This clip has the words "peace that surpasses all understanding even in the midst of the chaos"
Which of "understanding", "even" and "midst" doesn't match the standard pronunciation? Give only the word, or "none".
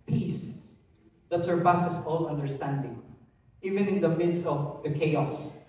midst